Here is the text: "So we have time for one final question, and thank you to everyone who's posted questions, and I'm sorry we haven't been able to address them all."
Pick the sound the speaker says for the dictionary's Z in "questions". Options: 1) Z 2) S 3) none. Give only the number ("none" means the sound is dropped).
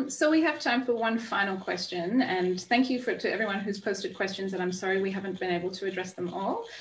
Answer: 1